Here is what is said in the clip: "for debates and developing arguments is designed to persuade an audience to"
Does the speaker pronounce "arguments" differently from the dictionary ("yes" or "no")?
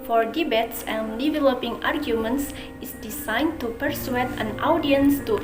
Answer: no